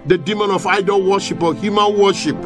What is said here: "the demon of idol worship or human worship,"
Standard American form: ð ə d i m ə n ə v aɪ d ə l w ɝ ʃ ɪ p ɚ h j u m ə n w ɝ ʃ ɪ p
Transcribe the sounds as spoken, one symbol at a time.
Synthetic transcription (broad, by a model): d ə d i m ə n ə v aɪ d ə l w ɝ ʃ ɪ p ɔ h j u m ə n w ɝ ʃ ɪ p